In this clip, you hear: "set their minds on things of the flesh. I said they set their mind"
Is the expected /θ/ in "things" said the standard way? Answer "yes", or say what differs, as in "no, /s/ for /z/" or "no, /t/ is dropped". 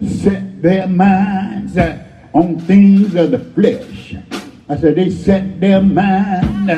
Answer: yes